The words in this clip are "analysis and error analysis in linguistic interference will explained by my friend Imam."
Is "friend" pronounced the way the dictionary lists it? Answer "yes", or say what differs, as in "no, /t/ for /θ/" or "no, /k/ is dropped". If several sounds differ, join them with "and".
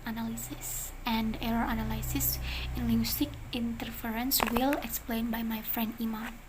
yes